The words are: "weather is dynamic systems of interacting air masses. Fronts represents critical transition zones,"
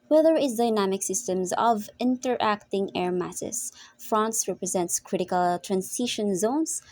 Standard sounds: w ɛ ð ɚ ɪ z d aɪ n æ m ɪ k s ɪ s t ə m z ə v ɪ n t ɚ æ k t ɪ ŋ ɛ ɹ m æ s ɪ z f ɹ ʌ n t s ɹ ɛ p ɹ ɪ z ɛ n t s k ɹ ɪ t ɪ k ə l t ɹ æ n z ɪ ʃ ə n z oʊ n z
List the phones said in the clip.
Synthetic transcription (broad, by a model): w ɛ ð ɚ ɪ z d aɪ n æ m ɪ k s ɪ s t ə m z ə v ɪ n t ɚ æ k t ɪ ŋ ɛ ɹ m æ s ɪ s f ɹ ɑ n s ɹ ɛ p ɹ ɪ z ɛ n t s k ɹ ɪ t ɪ k ə l t ɹ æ n s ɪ ʃ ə n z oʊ n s